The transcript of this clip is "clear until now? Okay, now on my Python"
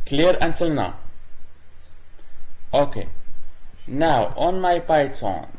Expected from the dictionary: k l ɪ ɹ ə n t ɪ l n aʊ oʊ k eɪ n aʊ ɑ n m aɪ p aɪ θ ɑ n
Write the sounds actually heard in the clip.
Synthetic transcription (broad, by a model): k l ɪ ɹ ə n s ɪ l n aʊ oʊ k eɪ n aʊ ɑ n m aɪ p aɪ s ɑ n